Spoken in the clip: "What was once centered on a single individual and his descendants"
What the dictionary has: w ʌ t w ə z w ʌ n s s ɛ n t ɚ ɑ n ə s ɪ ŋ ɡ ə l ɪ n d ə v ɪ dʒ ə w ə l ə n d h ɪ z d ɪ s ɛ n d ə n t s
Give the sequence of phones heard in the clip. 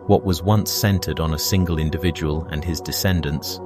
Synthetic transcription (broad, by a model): w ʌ t w ə z w ʌ n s s ɛ n t ɚ n ə s ɪ ŋ ɡ ə l ɪ n d ə v ɪ dʒ ə w ə l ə n ɪ z d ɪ s ɛ n d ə n t s